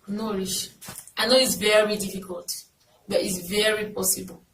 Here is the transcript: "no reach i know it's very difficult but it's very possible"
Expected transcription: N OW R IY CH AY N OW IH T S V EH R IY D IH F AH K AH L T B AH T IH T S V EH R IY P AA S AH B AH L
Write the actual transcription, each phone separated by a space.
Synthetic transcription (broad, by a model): N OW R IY SH AY N OW IH T S V EH R IY D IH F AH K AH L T B AH T IH T S V EH R IY P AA S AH B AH L